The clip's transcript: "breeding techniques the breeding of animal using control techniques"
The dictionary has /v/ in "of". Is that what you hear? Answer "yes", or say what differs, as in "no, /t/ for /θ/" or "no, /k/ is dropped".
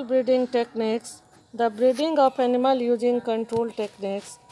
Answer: no, /p/ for /v/